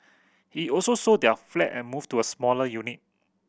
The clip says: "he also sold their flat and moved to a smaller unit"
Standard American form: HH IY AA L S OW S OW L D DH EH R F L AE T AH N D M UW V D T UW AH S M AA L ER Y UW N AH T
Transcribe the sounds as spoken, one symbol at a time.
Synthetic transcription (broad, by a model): HH IY AA L S OW S OW D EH F L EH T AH N M UW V T UW AH S M AA L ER Y UW N AH T